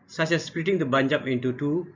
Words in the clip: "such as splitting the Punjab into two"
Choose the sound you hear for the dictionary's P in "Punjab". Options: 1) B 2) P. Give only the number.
1